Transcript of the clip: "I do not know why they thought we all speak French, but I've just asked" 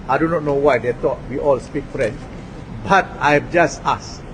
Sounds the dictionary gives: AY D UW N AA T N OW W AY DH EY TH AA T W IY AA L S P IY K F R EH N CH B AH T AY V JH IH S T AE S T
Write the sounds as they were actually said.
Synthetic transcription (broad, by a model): AY D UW N AA T N OW W AY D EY T AA T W IY AA L S P IY K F R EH N S B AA T AY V JH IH S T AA S